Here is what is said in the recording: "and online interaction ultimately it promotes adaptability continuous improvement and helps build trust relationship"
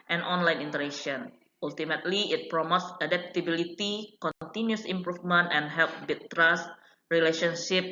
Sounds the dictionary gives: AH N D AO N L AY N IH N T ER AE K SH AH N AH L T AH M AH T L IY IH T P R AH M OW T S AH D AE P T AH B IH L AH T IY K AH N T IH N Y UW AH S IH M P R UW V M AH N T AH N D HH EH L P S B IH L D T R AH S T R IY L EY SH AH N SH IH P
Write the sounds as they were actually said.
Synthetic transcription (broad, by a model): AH N AO N L AY N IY N T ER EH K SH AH N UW L T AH M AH T L IY IH T P R AH M OW T S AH D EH P T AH B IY L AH T IY K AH N T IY N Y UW S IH M P R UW F M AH N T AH N HH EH L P B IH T T R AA S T R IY L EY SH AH N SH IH P